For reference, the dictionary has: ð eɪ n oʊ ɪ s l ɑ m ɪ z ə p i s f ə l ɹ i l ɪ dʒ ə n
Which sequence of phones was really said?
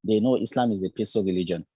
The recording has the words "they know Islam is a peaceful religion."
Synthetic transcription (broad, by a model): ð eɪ n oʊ ɪ s l ɑ m ɪ z ə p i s ə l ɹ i l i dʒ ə n